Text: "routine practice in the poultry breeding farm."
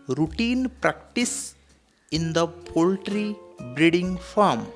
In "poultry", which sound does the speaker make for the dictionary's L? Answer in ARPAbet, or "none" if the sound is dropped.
L